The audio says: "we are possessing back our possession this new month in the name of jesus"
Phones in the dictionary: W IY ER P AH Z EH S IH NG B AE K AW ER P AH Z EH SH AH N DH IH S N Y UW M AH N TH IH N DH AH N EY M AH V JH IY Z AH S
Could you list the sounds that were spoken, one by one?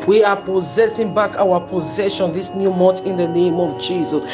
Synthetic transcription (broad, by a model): W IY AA P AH Z EH S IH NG B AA K AW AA P AH Z EH SH AH N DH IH S N Y UW M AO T IH N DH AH N EY M AH V JH IY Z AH S